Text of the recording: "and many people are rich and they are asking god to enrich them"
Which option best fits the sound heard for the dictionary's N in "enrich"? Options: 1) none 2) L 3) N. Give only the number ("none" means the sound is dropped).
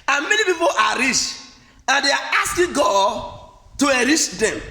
1